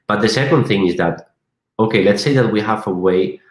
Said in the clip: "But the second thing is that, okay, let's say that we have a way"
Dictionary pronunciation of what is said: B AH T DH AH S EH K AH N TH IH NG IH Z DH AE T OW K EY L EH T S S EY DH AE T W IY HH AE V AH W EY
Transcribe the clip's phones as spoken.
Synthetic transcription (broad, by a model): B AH T DH AH S EH K AH N TH IH NG IH Z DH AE T OW K EY L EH T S S EY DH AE T W IY HH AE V AH W EY